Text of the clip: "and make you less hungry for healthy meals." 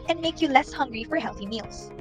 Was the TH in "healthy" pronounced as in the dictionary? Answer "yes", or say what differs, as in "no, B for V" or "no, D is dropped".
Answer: yes